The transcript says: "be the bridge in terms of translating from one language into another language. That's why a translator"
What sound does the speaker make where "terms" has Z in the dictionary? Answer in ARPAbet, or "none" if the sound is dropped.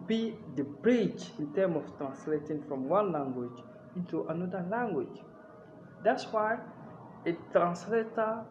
none